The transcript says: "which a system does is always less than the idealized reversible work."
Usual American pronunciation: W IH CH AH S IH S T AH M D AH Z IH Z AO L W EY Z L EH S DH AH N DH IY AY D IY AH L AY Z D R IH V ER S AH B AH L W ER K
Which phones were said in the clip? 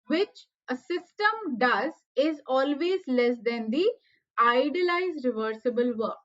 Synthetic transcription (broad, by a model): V IH CH AH S IH S T AH M D AH Z IH Z AO L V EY Z L EH S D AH N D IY AY D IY L AY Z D R IH V ER S AH B AH L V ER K